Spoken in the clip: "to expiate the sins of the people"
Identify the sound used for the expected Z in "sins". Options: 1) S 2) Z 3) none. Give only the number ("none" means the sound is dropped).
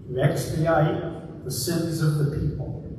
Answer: 2